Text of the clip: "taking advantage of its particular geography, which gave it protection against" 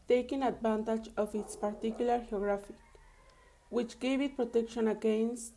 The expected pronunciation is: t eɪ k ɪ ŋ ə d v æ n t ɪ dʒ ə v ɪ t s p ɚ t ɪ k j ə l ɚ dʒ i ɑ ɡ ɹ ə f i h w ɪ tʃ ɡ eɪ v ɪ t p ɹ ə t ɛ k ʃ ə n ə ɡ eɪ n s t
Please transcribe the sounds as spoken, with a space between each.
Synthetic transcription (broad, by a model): t eɪ k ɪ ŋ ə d b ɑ n t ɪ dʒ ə f ɪ t s p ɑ t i k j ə l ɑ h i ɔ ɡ ɹ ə f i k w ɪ tʃ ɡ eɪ b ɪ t p ɹ ə t ɛ k ʃ ə n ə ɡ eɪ n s